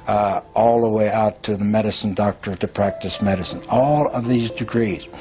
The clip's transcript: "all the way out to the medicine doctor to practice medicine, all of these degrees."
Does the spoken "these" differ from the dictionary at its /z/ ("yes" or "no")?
no